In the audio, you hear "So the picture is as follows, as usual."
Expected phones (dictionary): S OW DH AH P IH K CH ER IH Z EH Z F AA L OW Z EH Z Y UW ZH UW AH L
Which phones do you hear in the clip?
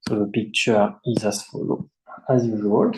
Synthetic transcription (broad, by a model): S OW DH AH P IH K CH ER IH Z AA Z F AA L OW EH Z Y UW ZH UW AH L